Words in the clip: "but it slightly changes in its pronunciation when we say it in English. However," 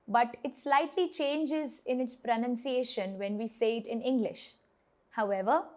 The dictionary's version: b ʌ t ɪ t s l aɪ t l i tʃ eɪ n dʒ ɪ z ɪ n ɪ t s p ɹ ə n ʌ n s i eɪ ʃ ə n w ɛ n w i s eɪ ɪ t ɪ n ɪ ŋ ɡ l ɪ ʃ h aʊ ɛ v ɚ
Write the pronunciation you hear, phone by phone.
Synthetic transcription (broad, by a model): b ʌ t ɪ t s l aɪ t l i tʃ eɪ n dʒ ɪ z ɪ n ɪ t s p ɹ ə n ʌ n s i eɪ ʃ ə n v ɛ n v i s eɪ ɪ t ɪ n ɪ ŋ ɡ l ɪ ʃ h aʊ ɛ v ɚ